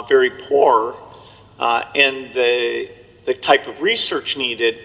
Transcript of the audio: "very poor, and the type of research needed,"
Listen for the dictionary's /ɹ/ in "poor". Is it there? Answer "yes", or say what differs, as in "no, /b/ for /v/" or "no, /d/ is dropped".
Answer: yes